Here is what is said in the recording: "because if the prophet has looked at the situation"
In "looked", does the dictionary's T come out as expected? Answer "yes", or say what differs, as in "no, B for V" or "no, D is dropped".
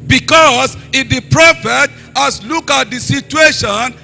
no, T is dropped